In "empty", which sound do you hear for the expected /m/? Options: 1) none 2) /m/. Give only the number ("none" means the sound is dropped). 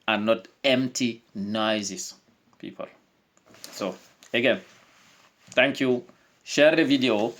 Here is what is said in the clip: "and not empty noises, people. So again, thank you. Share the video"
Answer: 2